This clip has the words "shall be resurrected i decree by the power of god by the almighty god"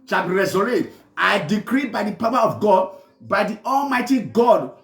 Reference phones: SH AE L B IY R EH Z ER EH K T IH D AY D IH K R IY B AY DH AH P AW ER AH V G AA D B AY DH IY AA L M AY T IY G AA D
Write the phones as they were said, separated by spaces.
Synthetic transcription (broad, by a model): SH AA B IY R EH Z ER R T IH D AY D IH K R IY B AY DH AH P AW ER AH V G AA D B AY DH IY AA L M AY T IY G AA D